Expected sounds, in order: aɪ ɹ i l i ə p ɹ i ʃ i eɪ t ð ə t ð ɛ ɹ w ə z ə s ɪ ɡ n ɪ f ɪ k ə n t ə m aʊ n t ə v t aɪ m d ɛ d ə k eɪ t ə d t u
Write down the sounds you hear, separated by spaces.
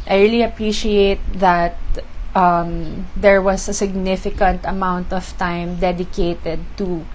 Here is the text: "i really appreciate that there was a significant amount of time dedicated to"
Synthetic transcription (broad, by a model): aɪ ɹ i l i ə p ɹ i ʃ i eɪ t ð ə t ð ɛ ɹ w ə s ə s ɪ ɡ n ɪ f ɪ k ə n t ə m aʊ n t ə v t aɪ m d ɛ d ə k eɪ t ə d t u